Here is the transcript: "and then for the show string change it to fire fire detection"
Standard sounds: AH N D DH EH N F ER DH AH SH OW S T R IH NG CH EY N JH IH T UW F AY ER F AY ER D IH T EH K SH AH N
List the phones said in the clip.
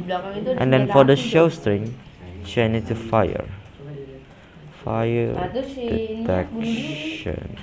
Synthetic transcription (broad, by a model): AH N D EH N F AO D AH SH OW S T R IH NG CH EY N IH T UW F AY ER F AY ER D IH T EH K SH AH N